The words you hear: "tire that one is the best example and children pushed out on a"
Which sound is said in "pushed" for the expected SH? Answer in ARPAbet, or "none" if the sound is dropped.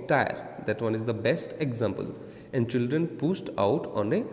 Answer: S